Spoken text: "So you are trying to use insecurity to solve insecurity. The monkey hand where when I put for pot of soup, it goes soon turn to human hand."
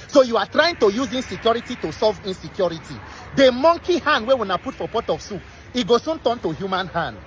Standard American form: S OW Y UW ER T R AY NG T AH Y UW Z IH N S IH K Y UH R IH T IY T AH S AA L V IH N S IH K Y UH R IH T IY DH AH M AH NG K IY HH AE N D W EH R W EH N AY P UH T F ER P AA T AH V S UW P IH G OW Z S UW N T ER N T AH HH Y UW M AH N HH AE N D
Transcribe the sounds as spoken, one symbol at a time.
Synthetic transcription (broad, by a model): S OW Y UW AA T R AY NG T AH Y UW Z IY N S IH K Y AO R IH T IY T AH S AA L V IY N S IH K Y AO R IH T IY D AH M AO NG K IY HH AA N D W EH W EH N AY P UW T F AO P AA T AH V S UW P IH G OW S UW N T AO N T AH HH Y UW M AH N HH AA N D